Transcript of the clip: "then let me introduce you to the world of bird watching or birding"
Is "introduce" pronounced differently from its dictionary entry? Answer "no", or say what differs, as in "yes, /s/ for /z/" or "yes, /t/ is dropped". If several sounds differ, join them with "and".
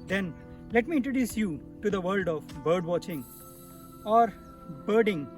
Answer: no